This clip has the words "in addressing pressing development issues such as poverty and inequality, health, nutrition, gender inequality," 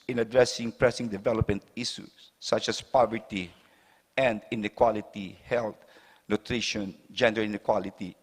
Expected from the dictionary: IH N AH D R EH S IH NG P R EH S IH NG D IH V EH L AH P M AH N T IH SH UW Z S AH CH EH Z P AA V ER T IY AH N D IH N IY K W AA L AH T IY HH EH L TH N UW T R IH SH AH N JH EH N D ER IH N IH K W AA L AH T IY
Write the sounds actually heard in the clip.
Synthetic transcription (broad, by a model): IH N AH D R EH S IH NG P R EH S IH NG D IH V EH L AH P M AH N T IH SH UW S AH CH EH S P AA V ER T IY AH N D IH N IY K W AA L AH T IY HH EH L T N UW T R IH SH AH N JH EH N D ER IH N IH K W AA L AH T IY